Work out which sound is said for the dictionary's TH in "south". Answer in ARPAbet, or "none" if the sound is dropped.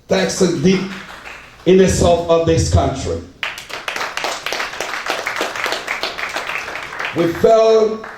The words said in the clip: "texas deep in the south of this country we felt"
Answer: F